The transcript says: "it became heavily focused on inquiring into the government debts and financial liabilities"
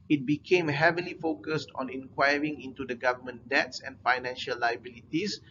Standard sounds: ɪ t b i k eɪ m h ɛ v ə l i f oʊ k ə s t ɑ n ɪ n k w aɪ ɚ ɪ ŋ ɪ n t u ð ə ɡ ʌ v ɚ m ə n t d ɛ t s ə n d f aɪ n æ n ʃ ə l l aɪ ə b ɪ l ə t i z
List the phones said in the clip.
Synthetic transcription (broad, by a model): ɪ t b i k eɪ m h ɛ v ə l i f oʊ k ə s t ɑ n ɪ n k w aɪ ɚ ɪ ŋ ɪ n t u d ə ɡ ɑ v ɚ m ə n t d ɛ t s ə n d f aɪ n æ n ʃ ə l l aɪ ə b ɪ l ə t i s